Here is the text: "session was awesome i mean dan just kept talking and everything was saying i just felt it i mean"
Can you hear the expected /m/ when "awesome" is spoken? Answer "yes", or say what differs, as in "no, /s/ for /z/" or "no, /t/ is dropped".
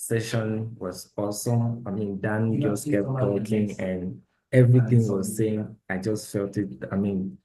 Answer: no, /m/ is dropped